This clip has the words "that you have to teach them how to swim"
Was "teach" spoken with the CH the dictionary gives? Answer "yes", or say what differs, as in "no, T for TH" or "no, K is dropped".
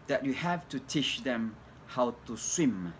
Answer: no, SH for CH